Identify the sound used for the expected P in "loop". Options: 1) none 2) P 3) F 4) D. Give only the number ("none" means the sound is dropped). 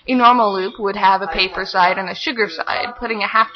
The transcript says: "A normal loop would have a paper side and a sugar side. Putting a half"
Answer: 2